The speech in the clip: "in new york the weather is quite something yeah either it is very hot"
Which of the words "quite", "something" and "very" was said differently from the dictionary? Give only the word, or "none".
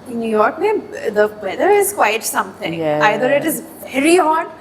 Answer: something